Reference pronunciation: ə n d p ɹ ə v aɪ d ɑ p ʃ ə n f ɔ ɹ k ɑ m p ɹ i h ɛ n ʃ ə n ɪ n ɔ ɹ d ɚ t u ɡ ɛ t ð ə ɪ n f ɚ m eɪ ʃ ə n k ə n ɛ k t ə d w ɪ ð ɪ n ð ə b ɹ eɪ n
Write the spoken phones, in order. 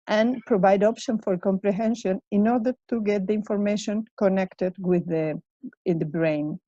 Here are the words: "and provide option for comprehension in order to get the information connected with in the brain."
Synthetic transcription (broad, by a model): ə n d p ɹ ə v aɪ d ɑ p ʃ ə n f ɔ ɹ k ɑ m p ɹ i h ɛ n ʃ ə n ɪ n ɔ ɹ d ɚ t u ɡ ɛ t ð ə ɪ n f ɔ m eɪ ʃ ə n k ə n ɛ k t ə d w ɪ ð ɪ n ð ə b ɹ eɪ n